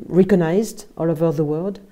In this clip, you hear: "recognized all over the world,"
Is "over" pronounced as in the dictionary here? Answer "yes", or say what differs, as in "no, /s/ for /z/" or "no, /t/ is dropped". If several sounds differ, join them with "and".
yes